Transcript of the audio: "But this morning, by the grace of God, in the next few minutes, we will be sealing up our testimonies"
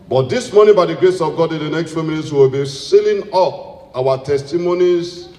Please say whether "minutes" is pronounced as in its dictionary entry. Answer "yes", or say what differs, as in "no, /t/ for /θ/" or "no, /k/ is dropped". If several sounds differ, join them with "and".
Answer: no, /l/ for /n/